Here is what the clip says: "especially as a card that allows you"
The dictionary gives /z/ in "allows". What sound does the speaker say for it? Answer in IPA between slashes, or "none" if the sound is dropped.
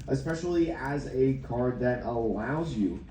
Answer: /z/